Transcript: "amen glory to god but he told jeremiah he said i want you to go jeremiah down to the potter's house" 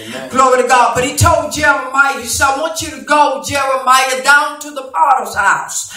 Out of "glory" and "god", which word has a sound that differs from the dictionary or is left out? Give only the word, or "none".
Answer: none